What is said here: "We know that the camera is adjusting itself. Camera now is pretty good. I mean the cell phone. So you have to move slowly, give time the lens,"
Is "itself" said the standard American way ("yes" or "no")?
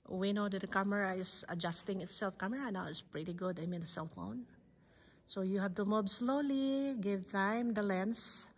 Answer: yes